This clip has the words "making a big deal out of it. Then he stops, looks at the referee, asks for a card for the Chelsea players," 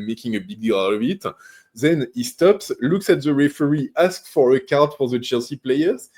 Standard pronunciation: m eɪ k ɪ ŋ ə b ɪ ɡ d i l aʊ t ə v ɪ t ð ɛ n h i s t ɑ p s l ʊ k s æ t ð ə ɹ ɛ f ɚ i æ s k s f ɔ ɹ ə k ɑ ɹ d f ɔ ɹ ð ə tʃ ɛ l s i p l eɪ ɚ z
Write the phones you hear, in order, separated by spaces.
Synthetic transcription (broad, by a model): m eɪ k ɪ ŋ ə b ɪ ɡ d i l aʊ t ə v ɪ t ð ɛ n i s t ɑ p s l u k s æ t ð ə ɹ ɛ f ɚ i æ s k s f ɔ ɹ ə k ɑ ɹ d f ɔ ɹ ð ə tʃ ɛ l s i p l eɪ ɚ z